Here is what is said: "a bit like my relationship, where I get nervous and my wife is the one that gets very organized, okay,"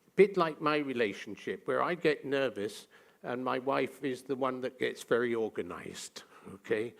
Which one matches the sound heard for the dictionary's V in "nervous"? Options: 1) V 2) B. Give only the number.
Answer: 1